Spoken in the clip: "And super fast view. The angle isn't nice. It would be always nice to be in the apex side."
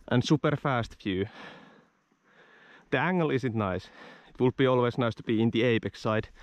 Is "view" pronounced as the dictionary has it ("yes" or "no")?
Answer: no